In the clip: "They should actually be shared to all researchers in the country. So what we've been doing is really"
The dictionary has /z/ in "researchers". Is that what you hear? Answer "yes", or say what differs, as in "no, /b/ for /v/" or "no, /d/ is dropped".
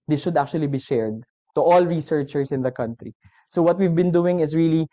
no, /s/ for /z/